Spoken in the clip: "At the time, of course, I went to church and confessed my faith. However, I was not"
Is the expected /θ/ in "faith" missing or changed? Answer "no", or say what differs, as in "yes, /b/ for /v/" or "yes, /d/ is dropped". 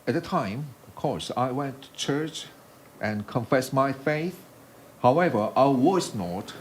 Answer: no